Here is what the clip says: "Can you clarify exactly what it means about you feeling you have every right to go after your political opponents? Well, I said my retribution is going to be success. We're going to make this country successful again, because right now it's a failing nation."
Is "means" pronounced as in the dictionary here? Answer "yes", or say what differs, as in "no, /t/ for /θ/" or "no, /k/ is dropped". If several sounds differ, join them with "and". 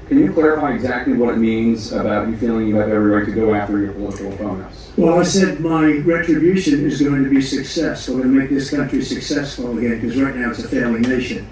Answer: yes